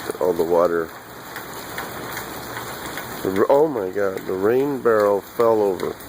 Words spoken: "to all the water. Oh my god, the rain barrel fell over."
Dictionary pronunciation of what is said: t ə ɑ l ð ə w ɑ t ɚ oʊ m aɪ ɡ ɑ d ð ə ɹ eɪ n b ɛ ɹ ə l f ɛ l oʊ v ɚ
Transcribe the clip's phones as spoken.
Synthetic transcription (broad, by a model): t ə ɑ l ð ə w ɑ t ɚ oʊ m aɪ ɡ ɑ d ð ə ɹ eɪ n b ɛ ɹ l f ɛ l oʊ v ɚ